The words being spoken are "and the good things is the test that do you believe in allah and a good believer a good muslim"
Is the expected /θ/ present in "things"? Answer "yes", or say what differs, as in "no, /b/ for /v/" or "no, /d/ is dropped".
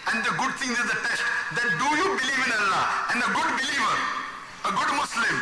no, /t/ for /θ/